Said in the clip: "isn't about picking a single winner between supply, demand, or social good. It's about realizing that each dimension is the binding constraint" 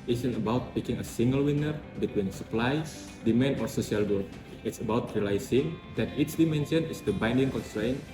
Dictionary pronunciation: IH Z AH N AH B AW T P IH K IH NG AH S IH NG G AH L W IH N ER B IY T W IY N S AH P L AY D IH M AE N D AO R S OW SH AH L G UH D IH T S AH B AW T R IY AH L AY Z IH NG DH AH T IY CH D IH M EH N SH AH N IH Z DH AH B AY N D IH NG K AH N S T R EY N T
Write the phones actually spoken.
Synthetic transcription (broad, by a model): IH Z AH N AH B AW T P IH K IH NG AH S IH NG G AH L W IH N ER B IY T W IY N S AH P L AY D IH M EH N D AO R S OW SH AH L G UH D IH T S AH B AW T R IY L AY S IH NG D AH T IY S D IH M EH N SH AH N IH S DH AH B AY N D IH NG K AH N S T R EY N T